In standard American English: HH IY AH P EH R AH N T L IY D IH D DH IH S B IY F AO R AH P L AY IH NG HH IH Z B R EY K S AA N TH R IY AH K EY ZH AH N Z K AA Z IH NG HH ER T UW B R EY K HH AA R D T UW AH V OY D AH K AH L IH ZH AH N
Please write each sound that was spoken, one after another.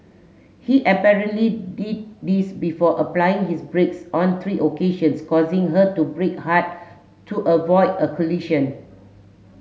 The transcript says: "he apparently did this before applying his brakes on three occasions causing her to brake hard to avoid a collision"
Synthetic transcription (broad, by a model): HH IY AH P EH R AH N T L IY D IH D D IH S B IY F AO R AH P L AY IH NG HH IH S B R EY K S AA N T R IY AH K EY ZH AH N S K AA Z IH NG HH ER T UW B R EY K HH AA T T UW AH V OY D AH K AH L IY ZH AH N